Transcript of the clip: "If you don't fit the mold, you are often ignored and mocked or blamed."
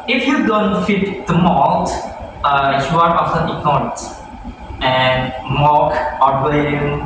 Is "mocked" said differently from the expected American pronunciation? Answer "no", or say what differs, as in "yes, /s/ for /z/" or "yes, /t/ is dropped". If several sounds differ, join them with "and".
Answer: yes, /t/ is dropped